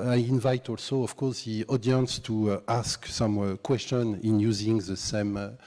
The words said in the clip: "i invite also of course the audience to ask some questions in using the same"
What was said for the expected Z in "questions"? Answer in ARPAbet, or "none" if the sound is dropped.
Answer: none